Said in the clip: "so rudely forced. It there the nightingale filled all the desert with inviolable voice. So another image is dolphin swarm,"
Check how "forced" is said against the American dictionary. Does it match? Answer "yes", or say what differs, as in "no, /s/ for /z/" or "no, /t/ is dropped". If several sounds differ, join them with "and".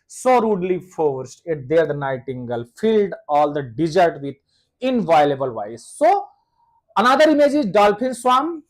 yes